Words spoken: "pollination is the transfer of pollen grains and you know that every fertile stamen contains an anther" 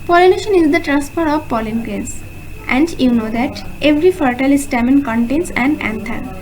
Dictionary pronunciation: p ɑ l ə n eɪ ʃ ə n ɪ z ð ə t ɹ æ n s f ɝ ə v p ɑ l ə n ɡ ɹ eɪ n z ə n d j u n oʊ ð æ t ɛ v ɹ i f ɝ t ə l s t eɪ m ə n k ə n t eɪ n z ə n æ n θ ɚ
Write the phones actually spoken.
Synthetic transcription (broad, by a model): p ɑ l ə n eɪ ʃ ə n ɪ z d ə t ɹ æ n s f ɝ ə v p ɑ l ə n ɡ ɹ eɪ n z ə n d j u n oʊ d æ t ɛ v ɹ i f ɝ t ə l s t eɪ m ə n k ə n t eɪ n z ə n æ n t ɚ